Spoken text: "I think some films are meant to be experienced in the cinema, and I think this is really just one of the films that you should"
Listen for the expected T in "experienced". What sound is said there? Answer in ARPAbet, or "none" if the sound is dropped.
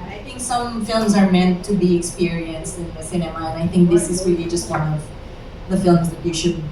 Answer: T